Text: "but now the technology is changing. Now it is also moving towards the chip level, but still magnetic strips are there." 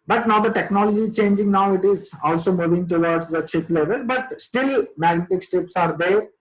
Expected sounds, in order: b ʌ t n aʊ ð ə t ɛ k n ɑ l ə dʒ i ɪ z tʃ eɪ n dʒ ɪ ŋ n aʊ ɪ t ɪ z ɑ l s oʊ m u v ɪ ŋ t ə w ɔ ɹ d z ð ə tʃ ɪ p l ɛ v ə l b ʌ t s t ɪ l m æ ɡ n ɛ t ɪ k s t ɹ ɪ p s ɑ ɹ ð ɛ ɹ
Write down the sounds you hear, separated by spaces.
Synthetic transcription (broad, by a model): b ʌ t n aʊ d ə t ɛ k n ɑ l ə dʒ i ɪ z tʃ eɪ n dʒ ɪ ŋ n aʊ ɪ t ɪ z ɑ l s oʊ m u v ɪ ŋ t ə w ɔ ɹ d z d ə tʃ ɪ p l ɛ v ə l b ʌ t s t ɪ l m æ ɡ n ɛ t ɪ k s t ɪ p s ɑ ɹ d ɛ ɹ